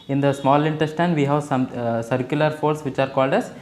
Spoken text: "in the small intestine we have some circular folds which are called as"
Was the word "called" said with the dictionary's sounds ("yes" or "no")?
yes